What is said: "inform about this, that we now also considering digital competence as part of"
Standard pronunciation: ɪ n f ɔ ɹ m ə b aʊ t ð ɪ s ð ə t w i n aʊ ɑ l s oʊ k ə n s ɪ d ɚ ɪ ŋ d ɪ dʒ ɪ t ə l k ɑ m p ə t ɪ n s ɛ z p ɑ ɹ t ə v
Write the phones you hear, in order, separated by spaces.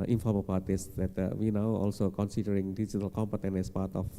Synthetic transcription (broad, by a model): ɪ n f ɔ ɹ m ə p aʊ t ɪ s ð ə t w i n aʊ ɑ l s oʊ k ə n s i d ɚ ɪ ŋ d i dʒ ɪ t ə l k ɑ m p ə t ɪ n ɛ s p ɑ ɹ t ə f